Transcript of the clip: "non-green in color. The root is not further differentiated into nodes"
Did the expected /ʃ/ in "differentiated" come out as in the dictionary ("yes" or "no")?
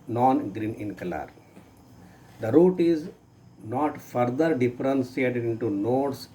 no